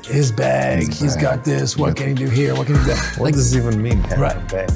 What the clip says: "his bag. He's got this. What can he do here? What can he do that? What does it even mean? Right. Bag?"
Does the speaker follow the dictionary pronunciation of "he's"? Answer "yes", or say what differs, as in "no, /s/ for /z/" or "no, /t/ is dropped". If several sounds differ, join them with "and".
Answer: yes